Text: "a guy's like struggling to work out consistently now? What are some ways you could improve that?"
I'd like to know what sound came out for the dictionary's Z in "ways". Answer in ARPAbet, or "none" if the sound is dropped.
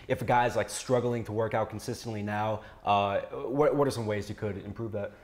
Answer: Z